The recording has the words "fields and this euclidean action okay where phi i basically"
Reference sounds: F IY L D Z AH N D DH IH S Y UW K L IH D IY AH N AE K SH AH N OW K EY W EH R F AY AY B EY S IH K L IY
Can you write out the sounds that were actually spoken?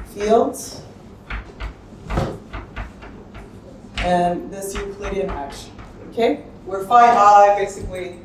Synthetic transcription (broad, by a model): F IY L D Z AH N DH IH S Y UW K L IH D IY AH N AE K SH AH UH K EY W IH R F AY AY B EY S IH K L IY